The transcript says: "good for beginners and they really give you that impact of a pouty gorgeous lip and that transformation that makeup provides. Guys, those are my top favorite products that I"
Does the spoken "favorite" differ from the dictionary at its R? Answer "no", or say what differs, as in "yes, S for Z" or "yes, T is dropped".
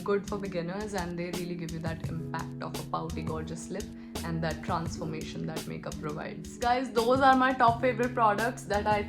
yes, R is dropped